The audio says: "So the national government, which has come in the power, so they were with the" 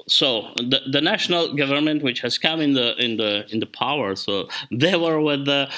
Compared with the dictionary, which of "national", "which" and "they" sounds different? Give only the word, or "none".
none